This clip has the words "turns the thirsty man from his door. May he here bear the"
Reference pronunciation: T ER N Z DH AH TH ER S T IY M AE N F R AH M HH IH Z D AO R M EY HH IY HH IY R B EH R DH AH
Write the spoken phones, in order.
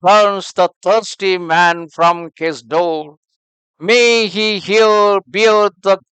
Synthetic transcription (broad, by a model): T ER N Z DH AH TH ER S T IY M AE N F R AH M HH IH Z D AO R M EY HH IY HH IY L B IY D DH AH